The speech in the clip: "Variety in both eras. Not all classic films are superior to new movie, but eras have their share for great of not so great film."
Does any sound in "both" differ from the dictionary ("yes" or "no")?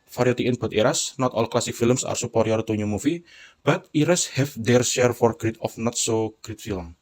yes